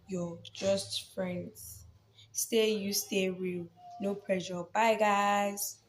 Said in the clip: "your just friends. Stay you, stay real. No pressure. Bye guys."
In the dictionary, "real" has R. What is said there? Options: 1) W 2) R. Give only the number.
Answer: 1